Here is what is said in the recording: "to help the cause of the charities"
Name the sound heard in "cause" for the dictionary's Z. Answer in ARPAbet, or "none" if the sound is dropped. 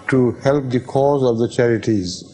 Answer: Z